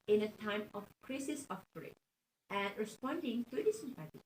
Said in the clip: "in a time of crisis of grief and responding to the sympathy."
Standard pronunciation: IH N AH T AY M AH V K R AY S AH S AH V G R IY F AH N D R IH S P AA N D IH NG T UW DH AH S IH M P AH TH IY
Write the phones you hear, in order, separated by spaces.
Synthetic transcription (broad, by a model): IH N AH T AY M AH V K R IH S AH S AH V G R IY AH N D R IH S P AA N D IH NG T UW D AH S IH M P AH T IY